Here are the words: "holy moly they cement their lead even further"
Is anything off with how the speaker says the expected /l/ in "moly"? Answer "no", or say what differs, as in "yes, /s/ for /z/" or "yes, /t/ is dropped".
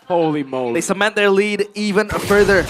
yes, /l/ is dropped